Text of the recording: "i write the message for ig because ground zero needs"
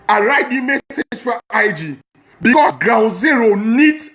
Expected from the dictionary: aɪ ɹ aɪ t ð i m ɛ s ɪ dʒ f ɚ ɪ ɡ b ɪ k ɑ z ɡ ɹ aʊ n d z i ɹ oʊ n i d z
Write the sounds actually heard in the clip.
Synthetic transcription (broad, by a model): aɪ ɹ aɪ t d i m ɛ s ɪ dʒ f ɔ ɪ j b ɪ k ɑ s ɡ ɹ aʊ n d z i ɹ oʊ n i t